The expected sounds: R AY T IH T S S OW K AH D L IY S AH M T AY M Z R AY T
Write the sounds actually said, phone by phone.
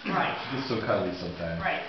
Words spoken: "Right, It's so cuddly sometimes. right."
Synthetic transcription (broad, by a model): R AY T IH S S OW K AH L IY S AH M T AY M R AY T